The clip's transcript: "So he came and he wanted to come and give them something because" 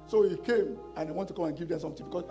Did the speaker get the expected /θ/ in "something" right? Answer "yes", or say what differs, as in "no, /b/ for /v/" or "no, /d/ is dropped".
no, /t/ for /θ/